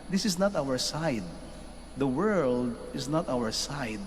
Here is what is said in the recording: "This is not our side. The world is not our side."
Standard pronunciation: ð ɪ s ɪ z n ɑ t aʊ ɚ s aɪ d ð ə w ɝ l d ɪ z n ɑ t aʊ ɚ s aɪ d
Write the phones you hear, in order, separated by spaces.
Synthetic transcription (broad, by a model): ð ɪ s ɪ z n ɑ t aʊ ɚ s aɪ d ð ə w ɝ l d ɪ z n ɑ t aʊ ɚ s aɪ d